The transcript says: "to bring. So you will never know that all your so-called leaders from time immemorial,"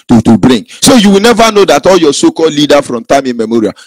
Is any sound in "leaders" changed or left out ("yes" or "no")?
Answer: yes